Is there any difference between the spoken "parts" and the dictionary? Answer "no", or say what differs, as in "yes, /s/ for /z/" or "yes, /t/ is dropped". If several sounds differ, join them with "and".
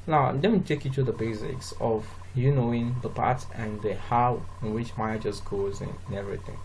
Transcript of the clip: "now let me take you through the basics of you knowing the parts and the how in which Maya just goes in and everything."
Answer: yes, /s/ is dropped